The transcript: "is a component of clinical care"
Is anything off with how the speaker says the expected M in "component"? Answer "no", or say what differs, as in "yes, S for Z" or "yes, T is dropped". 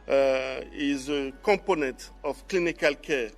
yes, M is dropped